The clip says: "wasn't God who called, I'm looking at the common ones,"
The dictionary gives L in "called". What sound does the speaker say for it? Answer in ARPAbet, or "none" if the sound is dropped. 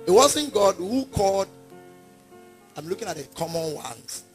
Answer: L